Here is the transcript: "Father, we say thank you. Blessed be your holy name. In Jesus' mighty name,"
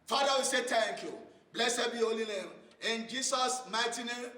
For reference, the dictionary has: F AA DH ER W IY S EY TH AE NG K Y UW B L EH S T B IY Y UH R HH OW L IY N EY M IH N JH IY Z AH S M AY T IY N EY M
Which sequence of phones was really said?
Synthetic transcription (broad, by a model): F AA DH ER W IY S EY T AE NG K Y UW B L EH S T B IY HH OW L IY N EY M IH N JH IY S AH S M AY T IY N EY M